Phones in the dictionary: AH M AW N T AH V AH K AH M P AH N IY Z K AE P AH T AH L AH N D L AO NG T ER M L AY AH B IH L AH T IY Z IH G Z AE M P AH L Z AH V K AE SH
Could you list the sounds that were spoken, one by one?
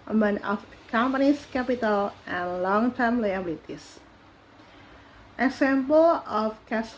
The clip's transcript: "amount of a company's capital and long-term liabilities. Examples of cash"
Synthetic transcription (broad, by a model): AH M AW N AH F K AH M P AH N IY S K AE P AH T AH L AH N L AO NG T ER M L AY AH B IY L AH T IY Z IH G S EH M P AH L AH F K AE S